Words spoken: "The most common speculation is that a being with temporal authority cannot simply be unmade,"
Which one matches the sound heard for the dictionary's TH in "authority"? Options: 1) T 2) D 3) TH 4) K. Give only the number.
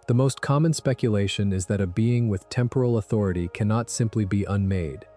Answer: 3